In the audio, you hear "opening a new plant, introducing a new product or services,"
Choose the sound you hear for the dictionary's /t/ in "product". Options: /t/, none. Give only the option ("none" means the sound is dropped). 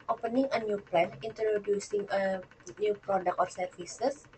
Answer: none